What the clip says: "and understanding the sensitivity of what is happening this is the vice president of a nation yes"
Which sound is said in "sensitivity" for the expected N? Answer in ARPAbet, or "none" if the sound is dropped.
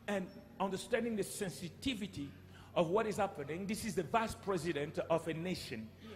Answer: N